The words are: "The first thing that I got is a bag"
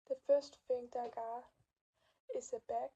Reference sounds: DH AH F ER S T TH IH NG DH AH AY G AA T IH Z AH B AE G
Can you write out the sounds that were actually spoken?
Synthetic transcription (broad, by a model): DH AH F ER S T F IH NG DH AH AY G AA IH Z AH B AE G